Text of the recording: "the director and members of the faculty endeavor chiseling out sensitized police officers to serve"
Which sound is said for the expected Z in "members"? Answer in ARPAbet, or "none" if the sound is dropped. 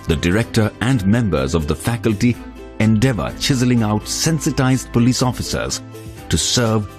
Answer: Z